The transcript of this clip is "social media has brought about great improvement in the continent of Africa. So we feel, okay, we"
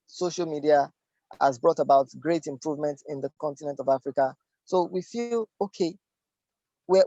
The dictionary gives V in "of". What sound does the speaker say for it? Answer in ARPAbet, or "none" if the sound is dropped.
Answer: V